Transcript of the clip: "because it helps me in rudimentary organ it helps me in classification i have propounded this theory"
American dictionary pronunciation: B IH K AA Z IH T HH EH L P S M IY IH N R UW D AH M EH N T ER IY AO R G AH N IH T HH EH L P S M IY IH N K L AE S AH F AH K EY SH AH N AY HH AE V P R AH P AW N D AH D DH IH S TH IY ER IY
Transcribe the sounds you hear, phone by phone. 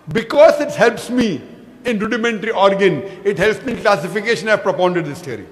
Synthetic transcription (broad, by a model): B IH K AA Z IH T HH EH L P S M IY IH N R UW D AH M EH N T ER IY AO R G AH N IH T HH EH L P S M IY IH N K L AE S AH F AH K EY SH AH N AY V P R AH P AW N D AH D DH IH S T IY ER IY